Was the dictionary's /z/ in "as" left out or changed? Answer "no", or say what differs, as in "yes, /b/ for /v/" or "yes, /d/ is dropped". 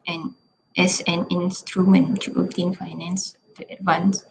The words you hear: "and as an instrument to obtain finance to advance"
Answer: yes, /s/ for /z/